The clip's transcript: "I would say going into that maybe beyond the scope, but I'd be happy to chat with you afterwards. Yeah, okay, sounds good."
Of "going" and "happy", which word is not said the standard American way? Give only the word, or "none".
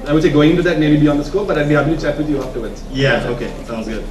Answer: happy